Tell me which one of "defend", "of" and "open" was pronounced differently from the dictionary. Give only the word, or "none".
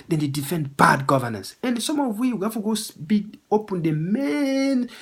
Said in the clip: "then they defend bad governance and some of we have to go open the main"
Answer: of